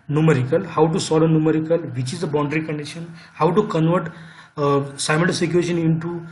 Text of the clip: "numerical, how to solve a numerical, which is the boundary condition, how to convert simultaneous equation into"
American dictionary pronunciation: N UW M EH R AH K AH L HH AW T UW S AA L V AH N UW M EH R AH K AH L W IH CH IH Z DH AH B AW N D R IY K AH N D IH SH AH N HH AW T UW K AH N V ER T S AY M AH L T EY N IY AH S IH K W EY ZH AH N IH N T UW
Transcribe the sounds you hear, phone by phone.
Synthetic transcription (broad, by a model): N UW M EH R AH K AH L HH AW T UW S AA L AH N UW M EH R AH K AH L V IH CH IH Z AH B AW N D R IY K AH N D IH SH AH N HH AW T UW K AH N V ER T S AY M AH N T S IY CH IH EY SH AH N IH N T UW